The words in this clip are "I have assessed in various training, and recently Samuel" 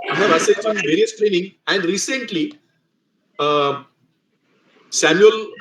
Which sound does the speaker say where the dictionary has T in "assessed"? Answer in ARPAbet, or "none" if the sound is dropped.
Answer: none